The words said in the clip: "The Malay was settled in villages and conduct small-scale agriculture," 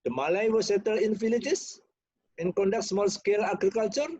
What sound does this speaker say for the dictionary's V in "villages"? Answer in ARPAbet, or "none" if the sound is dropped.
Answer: F